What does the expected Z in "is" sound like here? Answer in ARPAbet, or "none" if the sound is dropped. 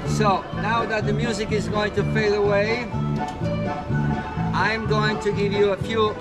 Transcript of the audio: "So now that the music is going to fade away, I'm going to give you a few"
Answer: Z